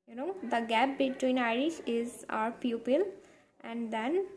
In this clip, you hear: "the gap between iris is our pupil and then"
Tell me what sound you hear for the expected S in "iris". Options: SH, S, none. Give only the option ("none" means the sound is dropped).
SH